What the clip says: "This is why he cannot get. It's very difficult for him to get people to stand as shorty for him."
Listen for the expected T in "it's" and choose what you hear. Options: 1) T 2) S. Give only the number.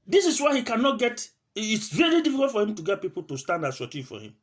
1